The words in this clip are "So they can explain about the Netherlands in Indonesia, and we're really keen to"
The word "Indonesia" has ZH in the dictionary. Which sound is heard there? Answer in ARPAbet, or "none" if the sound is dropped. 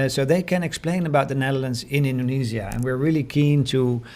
Z